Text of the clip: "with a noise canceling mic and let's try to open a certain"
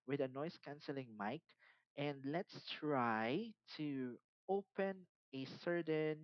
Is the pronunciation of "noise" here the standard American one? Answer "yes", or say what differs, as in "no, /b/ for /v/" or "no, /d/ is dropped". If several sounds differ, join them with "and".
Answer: no, /s/ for /z/